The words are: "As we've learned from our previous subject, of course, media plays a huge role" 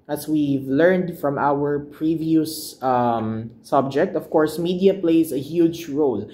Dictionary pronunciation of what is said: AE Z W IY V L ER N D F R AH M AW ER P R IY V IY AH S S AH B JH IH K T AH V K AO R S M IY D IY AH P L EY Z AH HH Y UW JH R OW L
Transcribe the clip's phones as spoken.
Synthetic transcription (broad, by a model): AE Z W IY V L ER N D F R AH M AW ER P R IY V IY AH S S AH B JH IH K T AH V K AO R S M IY D IY AH P L EY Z AH HH Y UW JH R OW L